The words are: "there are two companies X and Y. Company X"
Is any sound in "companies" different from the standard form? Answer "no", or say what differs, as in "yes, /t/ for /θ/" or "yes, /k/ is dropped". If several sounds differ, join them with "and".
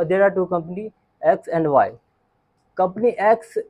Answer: yes, /z/ is dropped